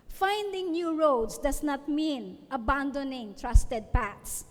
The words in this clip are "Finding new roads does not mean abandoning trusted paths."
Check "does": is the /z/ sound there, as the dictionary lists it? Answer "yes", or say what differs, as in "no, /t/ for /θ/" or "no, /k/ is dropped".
no, /s/ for /z/